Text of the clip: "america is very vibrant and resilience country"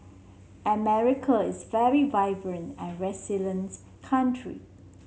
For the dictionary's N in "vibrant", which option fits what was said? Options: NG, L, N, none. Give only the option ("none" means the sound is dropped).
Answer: N